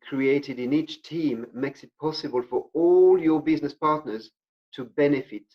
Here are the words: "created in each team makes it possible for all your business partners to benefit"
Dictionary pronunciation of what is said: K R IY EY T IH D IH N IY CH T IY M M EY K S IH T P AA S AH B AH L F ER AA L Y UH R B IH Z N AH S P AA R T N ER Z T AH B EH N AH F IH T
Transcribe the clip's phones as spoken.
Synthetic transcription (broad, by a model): K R IY EY T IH D IH N IY CH T IY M M EY K S IH T P AA S AH B AH L F ER AA L Y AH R B IH Z N AH S P AA R T N ER Z T AH B EH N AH F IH T